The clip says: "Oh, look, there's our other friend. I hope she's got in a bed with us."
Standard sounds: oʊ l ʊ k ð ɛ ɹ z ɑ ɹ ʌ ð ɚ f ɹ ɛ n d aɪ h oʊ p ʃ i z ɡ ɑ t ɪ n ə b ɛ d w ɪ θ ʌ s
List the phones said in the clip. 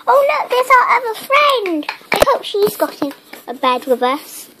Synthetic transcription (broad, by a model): oʊ l ʊ k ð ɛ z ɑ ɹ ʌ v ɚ f ɹ ɛ n d aɪ h oʊ p ʃ i z ɡ ɑ t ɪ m ə b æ d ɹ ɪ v ʌ s